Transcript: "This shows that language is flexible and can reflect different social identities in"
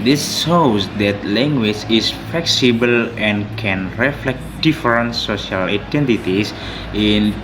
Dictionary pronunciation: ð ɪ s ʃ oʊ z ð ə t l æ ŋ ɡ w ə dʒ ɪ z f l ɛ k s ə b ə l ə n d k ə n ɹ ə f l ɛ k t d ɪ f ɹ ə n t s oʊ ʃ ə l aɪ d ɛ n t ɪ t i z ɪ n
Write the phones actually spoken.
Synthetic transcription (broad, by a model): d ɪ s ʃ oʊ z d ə t l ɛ ŋ ɡ w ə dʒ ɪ s f l ɛ k s ə b ə l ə n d k ə n ɹ ə f l ɛ k t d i f ɹ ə n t s oʊ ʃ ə l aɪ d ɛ n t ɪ t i s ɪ n